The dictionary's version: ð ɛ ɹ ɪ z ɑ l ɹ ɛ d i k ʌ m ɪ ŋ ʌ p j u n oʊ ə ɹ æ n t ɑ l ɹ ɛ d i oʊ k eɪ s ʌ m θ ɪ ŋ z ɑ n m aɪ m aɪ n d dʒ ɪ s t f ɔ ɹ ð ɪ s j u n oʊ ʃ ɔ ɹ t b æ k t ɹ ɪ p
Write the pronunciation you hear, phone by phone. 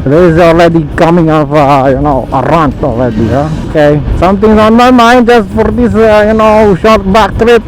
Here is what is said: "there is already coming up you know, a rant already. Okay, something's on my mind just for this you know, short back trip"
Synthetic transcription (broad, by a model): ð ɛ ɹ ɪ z ɑ l ɹ ɛ d i k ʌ m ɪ ŋ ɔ f j u n oʊ ə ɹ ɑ n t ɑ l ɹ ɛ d i oʊ k eɪ s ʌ m t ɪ ŋ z ɑ n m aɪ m aɪ n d dʒ ɪ s t f ɔ ɹ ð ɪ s j u n oʊ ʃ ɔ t b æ k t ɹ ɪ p